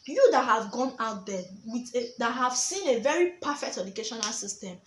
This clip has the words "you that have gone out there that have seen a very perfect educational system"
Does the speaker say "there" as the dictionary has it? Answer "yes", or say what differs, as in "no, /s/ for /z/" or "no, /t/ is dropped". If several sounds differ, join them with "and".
no, /w/ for /ɹ/